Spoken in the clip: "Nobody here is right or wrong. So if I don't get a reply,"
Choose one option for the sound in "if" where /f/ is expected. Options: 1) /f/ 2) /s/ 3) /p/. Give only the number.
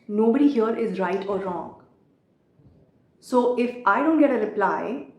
1